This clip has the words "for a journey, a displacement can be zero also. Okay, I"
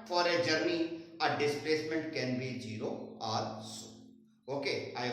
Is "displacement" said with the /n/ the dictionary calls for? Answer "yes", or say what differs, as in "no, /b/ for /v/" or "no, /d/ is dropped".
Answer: yes